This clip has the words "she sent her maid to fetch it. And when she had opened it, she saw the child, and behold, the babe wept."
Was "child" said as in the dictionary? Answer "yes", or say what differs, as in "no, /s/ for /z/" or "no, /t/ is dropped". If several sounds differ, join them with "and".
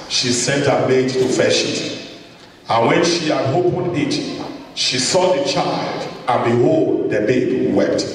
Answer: yes